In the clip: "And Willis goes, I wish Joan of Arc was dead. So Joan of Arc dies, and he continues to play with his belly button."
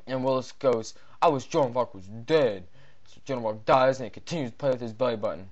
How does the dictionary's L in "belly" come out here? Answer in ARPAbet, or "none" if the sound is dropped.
L